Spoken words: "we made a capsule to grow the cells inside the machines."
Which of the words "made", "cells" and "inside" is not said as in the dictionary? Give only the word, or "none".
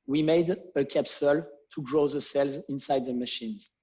none